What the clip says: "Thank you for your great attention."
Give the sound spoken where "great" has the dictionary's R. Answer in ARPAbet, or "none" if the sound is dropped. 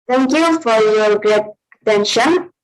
R